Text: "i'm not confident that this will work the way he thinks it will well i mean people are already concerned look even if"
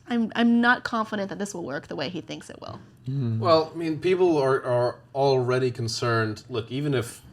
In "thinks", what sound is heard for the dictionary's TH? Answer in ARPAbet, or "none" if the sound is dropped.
TH